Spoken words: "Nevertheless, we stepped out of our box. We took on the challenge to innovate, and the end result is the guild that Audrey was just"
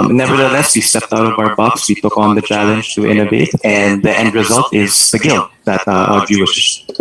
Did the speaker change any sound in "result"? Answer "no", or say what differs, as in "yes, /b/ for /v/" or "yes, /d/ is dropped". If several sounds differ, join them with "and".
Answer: no